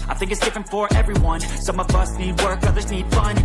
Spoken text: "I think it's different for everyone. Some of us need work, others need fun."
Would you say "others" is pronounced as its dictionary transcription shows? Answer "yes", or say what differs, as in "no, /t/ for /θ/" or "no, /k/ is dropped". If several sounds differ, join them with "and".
yes